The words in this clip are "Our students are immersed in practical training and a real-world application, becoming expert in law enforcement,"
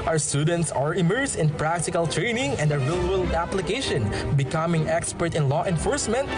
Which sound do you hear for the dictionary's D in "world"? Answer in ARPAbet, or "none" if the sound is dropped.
none